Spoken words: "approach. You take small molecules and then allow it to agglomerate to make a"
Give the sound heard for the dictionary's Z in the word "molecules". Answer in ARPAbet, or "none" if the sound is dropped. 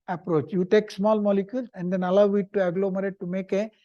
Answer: S